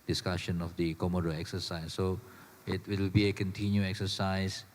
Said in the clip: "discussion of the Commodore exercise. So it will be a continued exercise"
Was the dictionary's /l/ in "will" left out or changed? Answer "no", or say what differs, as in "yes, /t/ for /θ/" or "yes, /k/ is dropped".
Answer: yes, /w/ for /l/